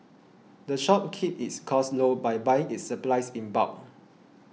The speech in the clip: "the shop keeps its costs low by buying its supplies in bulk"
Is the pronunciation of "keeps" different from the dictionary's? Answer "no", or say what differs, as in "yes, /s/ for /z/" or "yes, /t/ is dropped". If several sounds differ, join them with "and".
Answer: yes, /s/ is dropped